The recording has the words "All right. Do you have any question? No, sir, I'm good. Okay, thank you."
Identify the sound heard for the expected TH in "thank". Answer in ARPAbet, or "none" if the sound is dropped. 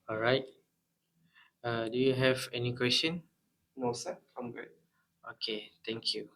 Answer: T